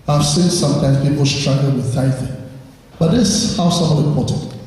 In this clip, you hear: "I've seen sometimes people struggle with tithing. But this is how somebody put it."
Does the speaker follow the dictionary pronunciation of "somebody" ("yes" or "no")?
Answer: no